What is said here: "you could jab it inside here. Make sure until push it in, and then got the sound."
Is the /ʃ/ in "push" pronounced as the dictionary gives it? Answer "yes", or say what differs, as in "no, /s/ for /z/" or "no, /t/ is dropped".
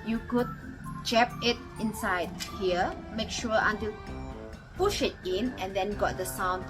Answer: yes